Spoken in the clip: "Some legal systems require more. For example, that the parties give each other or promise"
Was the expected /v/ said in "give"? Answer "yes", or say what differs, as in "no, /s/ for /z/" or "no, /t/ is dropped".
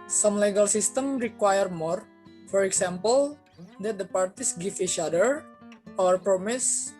no, /f/ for /v/